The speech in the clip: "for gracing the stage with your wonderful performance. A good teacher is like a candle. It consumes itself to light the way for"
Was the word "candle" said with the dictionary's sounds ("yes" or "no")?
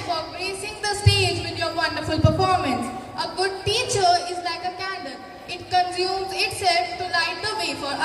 no